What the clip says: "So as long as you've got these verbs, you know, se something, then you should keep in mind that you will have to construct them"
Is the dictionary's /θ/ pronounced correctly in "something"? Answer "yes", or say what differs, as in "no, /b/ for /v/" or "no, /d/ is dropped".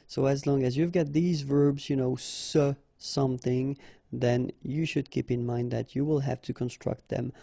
yes